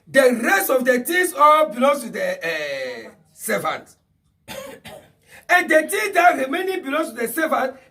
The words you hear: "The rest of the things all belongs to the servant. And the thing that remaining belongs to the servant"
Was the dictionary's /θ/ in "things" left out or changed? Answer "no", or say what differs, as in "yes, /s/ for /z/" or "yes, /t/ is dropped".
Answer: yes, /t/ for /θ/